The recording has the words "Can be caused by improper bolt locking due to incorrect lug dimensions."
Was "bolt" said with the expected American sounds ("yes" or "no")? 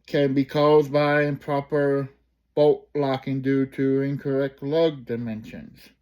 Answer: no